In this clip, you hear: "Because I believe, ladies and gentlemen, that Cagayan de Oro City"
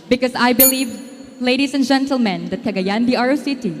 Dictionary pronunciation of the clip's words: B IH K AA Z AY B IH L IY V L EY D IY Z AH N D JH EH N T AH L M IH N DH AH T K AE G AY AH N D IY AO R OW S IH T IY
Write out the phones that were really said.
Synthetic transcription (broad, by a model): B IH K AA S AY B IH L IY V L EY D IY S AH N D JH EH N T AH L M IH N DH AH T K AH G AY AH N D IY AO R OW S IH T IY